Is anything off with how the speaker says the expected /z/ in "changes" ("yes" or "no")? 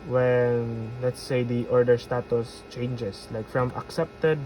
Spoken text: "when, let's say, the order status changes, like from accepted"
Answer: yes